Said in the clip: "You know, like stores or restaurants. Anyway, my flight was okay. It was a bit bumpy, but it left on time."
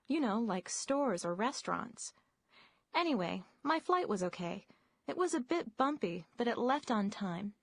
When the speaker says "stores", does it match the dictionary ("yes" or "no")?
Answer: yes